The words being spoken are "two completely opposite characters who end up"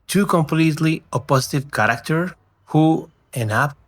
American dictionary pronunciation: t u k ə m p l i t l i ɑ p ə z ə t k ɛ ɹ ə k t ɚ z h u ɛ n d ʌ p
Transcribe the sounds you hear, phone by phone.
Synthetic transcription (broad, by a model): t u k ə m p l i t l i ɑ p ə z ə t k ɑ ɹ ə k t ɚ h u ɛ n ɑ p